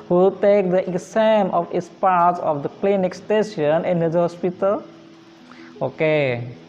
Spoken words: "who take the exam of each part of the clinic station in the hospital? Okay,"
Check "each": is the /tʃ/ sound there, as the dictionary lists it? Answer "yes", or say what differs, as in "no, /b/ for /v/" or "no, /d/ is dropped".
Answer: no, /s/ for /tʃ/